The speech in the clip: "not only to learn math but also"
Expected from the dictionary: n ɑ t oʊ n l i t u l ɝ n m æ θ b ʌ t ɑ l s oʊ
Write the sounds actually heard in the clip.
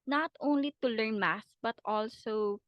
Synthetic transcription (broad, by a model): n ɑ t oʊ n l i t u l ɝ n m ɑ s b ʌ t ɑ l s oʊ